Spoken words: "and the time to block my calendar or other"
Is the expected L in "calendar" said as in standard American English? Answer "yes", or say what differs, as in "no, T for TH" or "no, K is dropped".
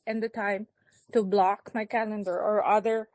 yes